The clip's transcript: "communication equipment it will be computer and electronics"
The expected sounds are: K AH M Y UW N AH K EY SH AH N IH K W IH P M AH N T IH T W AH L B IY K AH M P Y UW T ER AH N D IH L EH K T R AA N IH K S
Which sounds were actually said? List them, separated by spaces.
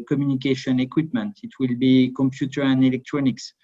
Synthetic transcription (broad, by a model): K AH M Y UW N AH K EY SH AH N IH K W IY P M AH N T IH T W AH L B IY K AH M P Y UW T ER AH N D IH L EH K T R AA N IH K S